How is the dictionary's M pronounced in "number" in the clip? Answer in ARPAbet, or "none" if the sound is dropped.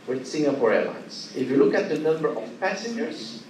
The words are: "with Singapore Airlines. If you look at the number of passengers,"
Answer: M